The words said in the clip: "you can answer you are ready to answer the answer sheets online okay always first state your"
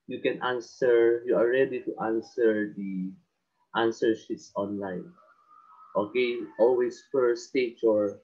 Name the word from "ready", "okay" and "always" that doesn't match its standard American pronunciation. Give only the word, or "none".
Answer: always